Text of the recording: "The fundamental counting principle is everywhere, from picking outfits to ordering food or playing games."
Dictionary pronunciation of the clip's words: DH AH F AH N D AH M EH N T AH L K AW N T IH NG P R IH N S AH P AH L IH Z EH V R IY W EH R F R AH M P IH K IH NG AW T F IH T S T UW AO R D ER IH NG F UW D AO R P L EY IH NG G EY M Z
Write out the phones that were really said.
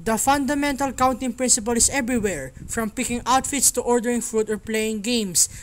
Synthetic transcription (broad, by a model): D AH F AH N D AH M EH N T AH L K AW N T IH NG P R IH N S AH P AH L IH S EH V R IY W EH R F R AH M P IH K IH NG AW T F IH T S T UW AO R D ER IH NG F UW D AO R P L EY IH NG G EY M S